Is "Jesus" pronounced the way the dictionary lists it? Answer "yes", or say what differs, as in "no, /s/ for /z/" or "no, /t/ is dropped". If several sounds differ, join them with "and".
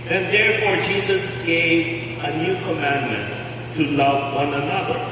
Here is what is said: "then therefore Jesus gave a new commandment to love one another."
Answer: yes